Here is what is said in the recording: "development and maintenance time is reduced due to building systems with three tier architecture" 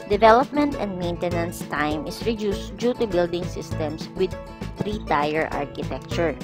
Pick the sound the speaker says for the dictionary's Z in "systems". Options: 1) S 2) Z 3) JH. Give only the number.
1